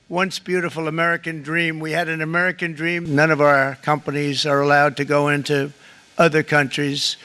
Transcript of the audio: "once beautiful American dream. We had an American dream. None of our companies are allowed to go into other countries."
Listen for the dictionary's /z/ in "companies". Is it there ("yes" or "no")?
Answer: yes